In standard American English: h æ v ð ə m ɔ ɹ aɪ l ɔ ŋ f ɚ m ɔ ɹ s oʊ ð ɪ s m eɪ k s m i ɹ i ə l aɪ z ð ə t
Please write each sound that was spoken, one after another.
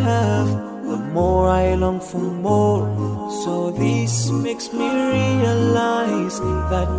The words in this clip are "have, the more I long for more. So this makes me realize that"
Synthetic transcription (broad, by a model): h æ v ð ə m ɔ ɹ aɪ l ɔ ŋ f ɚ m ɔ ɹ s oʊ ð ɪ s m eɪ k s m i ɹ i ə l aɪ z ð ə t